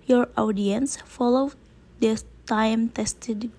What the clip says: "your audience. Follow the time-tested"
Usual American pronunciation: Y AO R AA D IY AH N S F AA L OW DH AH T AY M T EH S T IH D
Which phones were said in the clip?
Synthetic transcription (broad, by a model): Y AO R AA D IY AH N S F AA L OW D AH T AY M T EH S T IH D